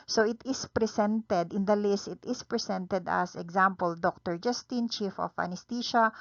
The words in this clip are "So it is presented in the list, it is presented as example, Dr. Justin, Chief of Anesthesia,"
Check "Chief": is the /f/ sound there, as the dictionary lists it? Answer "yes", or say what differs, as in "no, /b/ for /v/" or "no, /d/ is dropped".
yes